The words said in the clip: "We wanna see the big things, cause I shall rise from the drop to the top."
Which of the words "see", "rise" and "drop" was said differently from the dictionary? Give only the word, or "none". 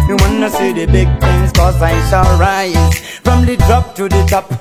rise